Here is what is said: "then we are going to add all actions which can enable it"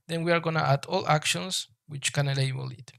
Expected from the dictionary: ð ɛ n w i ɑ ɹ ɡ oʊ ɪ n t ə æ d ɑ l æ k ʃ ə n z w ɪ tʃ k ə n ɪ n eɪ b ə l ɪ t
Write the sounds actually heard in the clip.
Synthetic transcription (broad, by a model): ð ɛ n w i ɑ ɹ ɡ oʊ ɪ n t ə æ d ɑ l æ k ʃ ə n s w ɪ tʃ k ə n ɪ l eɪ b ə l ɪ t